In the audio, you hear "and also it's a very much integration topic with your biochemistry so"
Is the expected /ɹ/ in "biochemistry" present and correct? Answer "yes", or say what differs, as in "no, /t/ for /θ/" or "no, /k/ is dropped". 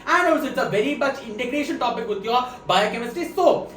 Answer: no, /ɹ/ is dropped